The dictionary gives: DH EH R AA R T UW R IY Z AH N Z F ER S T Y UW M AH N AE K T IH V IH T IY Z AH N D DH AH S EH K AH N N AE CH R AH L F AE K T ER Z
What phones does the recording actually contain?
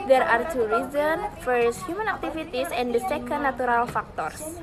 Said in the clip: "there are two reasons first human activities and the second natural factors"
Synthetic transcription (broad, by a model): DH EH R AA R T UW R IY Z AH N F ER S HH Y UW M AH N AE K T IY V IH T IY S AH N D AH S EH K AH N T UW R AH L F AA K T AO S